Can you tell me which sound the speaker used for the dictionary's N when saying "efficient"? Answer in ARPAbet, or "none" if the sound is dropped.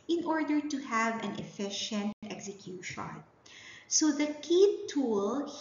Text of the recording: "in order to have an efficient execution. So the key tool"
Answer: N